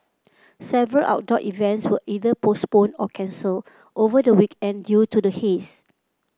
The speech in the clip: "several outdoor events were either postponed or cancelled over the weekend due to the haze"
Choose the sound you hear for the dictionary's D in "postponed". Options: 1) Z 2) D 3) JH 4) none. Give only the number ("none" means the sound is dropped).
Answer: 4